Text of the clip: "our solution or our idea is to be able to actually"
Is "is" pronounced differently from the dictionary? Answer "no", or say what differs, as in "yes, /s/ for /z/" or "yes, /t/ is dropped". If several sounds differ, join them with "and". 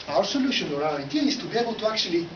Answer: yes, /s/ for /z/